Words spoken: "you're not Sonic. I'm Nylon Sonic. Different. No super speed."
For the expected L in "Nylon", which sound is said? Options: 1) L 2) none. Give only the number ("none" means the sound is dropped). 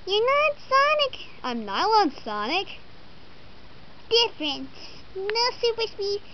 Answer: 1